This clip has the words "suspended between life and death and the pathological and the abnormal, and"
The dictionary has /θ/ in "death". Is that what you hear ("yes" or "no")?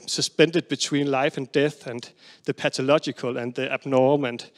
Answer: yes